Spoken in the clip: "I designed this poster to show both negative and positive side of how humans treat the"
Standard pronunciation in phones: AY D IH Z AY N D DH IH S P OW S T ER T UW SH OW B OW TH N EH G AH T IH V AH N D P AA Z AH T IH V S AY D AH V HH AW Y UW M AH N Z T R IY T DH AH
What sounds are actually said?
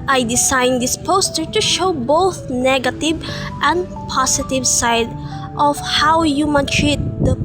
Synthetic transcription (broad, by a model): AY D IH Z AY N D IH S P OW S T ER T UW SH OW B OW TH N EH G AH T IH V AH N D P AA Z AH T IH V S AY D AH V HH AW Y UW M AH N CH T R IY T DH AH